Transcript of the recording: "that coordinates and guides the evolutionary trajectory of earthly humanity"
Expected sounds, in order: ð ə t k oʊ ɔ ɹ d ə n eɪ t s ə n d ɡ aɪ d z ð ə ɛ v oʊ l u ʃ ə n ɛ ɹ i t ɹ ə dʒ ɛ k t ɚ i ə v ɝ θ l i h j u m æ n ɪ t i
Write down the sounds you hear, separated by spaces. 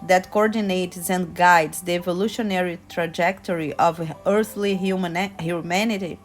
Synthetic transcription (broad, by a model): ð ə t k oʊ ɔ ɹ d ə n eɪ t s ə n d ɡ aɪ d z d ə ɛ v oʊ l u ʃ ə n ɛ ɹ i t ɹ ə dʒ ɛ k t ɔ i ə v ɝ θ l i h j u m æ n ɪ t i